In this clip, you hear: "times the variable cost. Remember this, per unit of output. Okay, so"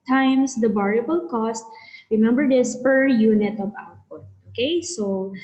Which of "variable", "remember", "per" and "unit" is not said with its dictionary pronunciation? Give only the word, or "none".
variable